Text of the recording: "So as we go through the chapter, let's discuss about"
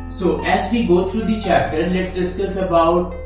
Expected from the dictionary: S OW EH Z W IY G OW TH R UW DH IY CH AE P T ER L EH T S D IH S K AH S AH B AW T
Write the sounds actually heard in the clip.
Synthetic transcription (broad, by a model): S OW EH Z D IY G OW T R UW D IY CH AE P T ER L EH T S D IH S K AH S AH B AW T